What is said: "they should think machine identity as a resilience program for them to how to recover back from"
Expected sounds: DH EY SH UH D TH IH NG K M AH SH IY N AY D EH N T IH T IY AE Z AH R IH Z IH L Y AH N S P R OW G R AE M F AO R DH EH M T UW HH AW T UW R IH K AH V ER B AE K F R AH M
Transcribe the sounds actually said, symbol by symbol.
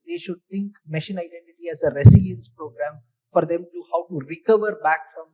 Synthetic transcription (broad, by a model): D EY SH UH D T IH NG K M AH SH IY N AY D EH N T IH T IY AE Z AH R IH S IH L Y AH N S P R OW G R AE M F AO R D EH M T UW HH AW T UW R IH K AH V ER B AE K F R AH M